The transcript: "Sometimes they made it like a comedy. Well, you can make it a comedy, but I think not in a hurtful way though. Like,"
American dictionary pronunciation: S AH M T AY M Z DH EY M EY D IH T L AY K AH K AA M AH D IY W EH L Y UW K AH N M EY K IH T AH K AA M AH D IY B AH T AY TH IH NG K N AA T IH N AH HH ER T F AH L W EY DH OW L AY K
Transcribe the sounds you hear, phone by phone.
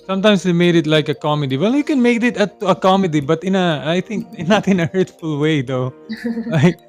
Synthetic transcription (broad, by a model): S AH M T AY M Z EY M EY D IH T L AY K AH K AA M AH D IY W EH L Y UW K AH N M EY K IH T AH K AA M AH D IY B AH T AY T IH NG K N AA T IH N AH HH ER T F AH L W EY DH OW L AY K